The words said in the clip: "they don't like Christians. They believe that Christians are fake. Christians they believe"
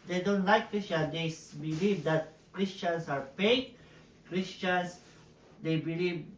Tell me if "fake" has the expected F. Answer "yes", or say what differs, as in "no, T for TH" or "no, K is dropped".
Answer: no, P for F